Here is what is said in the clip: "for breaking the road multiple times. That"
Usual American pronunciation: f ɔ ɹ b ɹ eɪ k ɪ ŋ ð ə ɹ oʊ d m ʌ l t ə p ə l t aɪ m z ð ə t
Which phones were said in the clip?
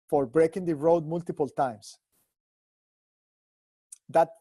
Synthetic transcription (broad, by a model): f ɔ ɹ b ɹ eɪ k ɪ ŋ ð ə ɹ oʊ d m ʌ l t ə p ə l t aɪ m s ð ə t